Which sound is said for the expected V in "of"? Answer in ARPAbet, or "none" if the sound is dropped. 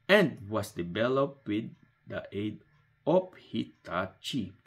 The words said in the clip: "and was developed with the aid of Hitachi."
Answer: P